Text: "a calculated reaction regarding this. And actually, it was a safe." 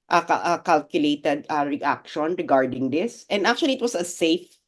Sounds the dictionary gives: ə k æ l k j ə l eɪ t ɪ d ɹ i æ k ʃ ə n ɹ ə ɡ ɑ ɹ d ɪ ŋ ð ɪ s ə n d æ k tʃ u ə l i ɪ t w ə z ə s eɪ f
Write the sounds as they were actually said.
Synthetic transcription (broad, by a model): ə k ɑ l k j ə l eɪ t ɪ d ɹ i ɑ k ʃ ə n ɹ ə ɡ ɑ ɹ d ɪ ŋ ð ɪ s ə n d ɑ k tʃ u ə l i ɪ t w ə s ə s eɪ f